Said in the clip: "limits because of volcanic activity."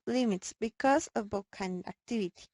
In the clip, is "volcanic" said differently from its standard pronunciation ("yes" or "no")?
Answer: yes